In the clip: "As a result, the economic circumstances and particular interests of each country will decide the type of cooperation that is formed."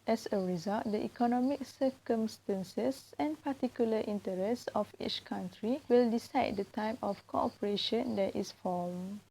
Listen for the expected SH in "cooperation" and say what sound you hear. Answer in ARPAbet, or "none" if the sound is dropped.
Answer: SH